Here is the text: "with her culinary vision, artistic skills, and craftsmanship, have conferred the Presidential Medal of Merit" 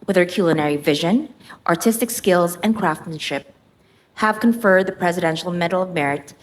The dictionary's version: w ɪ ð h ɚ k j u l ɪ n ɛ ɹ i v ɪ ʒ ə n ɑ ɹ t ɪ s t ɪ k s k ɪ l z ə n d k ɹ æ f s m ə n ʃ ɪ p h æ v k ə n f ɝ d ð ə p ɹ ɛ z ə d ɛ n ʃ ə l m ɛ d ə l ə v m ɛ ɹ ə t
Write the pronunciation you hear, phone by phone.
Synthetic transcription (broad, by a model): w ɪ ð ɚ k j u l ɪ n ɛ ɹ i v ɪ ʒ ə n ɑ ɹ t ɪ s t ɪ k s k ɪ l z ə n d k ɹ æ f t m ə n ʃ ɪ p h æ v k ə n f ɝ d ð ə p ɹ ɛ z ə d ɛ n ʃ l m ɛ d l ə v m ɛ ɹ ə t